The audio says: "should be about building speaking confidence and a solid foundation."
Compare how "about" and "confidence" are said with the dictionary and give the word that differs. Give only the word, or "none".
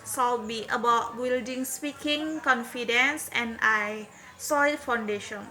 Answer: none